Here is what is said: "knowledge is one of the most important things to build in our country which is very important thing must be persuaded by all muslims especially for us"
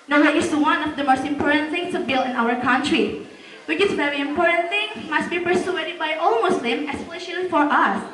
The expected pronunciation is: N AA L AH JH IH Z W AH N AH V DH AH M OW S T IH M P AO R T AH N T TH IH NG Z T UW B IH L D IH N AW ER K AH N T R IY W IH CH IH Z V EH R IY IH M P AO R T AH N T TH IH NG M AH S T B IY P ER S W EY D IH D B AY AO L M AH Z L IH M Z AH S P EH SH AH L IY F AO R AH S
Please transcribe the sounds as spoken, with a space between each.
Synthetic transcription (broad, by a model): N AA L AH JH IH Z W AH N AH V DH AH M OW S T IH M P AO R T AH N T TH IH NG S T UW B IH L IH N AW ER K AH N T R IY W IH CH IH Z V EH R IY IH M P AO R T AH N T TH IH NG M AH S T B IY P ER S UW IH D B AY AO L M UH S L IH M AH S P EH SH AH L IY F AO R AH S